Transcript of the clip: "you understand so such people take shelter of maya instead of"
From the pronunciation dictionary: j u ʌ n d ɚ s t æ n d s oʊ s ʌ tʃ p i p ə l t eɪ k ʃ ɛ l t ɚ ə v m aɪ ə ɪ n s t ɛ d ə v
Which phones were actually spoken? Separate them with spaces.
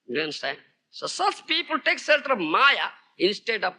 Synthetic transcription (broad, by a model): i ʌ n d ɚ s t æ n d s oʊ s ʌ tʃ p i p ə l t eɪ k s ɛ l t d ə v m aɪ ə ɪ n s t ɛ d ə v